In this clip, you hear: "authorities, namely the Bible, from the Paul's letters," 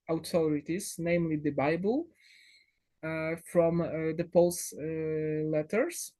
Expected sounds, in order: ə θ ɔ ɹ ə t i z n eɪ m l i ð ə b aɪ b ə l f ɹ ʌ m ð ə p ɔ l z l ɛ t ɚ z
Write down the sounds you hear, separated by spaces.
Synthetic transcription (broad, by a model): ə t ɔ ɹ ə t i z n eɪ m l i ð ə b aɪ b ə l f ɹ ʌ m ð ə p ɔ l s l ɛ t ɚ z